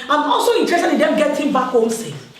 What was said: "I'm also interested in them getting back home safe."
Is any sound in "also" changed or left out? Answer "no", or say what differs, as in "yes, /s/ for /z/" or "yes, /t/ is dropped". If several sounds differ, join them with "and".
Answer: no